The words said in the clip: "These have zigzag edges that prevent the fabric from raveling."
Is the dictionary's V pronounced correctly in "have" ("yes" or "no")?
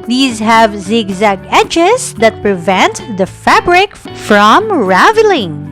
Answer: yes